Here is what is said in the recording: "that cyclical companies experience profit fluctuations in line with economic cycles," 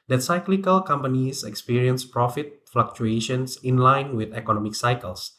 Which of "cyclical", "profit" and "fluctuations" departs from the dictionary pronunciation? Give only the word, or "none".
fluctuations